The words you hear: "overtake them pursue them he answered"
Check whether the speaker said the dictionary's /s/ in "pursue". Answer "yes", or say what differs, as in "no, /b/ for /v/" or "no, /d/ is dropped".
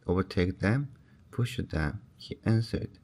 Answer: no, /ʃ/ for /s/